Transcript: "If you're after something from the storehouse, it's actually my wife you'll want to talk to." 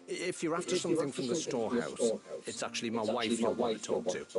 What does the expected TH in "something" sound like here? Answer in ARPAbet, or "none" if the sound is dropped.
TH